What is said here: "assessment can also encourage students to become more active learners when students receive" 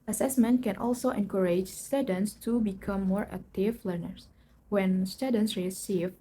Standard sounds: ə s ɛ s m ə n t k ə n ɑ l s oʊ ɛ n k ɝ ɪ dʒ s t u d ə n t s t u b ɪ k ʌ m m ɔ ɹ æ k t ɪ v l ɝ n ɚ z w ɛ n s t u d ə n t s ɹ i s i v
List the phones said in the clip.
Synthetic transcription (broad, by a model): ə s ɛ s m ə n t k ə n ɑ l s oʊ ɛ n k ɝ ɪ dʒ s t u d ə n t s t u b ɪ k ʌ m m ɔ ɹ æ k t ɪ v l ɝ n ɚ s w ɛ n s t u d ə n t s ɹ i s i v